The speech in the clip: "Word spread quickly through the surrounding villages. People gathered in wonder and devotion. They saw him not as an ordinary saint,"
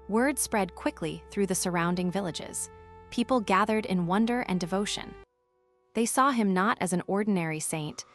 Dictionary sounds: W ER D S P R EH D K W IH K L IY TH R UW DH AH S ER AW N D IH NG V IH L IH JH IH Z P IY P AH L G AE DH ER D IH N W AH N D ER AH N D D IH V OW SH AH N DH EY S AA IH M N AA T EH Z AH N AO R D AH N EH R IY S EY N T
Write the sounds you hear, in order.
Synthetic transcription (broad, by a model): W ER D S P R EH D K W IH K L IY TH R UW DH AH S ER AW N D IH NG V IH L IH JH IH Z P IY P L G AE DH ER D IH N W AH N D ER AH N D D IH V OW SH AH N DH EY S AA IH M N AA T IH Z N AO R D N EH R IY S EY N T